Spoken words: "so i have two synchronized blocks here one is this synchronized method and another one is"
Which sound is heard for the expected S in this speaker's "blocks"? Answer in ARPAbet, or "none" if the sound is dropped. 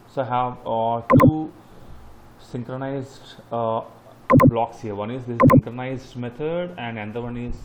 S